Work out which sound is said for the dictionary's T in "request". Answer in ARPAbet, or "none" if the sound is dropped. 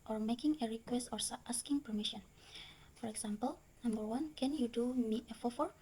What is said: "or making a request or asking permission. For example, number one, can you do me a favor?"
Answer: T